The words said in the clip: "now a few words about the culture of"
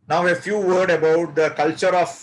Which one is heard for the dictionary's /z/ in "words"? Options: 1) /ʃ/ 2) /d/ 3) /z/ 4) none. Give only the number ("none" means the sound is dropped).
4